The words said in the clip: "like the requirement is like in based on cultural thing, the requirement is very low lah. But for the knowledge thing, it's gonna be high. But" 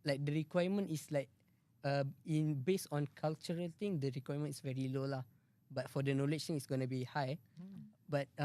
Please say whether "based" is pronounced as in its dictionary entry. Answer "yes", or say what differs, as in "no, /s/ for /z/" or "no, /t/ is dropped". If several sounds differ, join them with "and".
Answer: no, /t/ is dropped